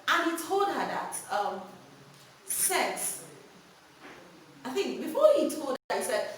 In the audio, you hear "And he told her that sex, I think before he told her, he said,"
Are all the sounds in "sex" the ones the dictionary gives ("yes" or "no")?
no